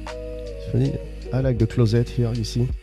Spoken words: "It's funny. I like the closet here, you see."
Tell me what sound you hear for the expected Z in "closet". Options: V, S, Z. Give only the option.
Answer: Z